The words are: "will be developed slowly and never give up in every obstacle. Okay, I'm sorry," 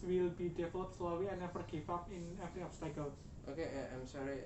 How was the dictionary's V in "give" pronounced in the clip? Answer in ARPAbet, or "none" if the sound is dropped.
F